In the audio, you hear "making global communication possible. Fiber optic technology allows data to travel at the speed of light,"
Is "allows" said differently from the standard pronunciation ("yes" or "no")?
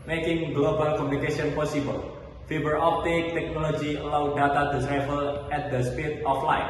yes